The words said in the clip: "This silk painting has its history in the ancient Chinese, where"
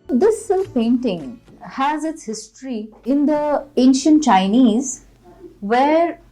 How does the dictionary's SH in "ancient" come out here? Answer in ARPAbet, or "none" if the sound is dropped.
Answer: SH